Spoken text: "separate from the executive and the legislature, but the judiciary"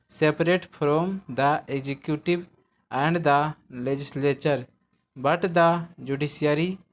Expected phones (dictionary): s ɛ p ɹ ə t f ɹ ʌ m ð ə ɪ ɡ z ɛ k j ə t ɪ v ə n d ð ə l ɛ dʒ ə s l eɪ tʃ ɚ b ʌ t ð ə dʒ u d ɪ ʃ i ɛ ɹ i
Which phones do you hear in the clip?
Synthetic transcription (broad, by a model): s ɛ p ɹ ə t p ɹ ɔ m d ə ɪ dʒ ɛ k j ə t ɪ b ə n d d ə l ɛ dʒ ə s l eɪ tʃ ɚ b ʌ t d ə dʒ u d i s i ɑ ɹ i